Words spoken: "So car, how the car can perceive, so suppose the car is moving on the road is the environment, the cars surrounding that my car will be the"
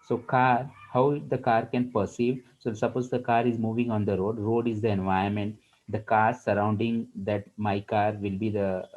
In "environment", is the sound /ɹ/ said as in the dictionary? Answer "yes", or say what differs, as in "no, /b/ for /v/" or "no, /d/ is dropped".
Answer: no, /ɹ/ is dropped